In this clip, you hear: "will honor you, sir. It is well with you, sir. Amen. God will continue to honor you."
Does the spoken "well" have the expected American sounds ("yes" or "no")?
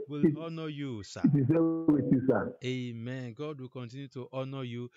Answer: no